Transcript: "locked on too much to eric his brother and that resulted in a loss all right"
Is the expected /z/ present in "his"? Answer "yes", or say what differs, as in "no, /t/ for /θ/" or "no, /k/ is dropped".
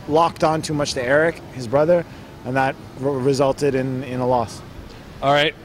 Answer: yes